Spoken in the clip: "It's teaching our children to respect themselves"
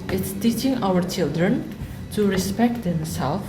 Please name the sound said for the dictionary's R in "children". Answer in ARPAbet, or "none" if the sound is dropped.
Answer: R